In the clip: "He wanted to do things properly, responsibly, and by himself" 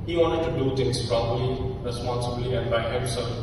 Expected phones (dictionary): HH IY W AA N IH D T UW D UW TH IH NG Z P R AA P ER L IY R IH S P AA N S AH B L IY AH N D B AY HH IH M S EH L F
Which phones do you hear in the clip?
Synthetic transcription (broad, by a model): HH IY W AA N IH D T UW D UW T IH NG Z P R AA B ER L IY R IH S P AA N S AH B L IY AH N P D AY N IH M S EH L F